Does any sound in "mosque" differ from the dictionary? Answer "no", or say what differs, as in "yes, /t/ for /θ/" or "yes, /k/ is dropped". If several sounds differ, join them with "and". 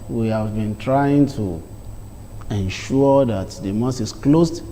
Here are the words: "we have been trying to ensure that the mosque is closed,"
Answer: yes, /k/ is dropped